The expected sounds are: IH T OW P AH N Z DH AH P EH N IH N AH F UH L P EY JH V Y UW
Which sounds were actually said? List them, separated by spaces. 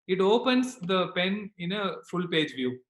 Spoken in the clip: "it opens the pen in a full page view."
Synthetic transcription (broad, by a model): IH T OW P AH N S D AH P EH N IH N AH F UH L P EY JH V Y UW